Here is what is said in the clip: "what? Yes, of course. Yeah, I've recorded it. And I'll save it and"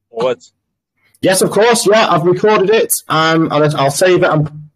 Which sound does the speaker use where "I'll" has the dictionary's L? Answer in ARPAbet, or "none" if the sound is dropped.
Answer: L